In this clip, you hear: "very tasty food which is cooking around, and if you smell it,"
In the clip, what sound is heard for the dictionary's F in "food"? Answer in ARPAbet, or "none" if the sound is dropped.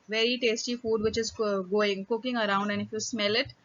F